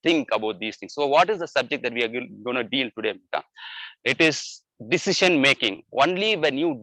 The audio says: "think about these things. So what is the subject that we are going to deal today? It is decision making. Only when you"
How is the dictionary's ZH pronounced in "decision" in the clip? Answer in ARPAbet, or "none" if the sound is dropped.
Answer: SH